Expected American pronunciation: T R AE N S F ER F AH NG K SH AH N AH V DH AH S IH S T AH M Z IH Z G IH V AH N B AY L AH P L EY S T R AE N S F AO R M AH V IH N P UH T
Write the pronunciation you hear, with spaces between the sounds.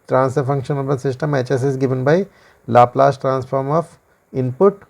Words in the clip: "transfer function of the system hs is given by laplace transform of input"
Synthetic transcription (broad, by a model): T R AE N S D F AH NG K SH AH N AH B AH S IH S T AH M S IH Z G IH V AH N B AY L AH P L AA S T R AE N S F AO R M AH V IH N P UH T